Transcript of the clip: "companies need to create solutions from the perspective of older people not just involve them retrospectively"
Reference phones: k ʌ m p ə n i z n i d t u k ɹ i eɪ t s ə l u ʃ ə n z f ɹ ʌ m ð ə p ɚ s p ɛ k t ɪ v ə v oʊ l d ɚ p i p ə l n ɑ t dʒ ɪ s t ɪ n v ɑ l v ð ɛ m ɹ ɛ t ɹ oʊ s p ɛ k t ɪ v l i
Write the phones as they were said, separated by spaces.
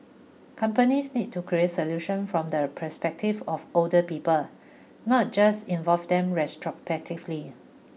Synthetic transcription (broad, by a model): k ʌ m p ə n i s n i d t u k ɹ i eɪ t s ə l u ʃ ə n f ɹ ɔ m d ə p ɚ s p ɛ k t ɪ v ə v oʊ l d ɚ p i p ə l n ɑ t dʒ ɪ s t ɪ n v ɑ l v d ɛ m ɹ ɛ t ɹ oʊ p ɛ t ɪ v l i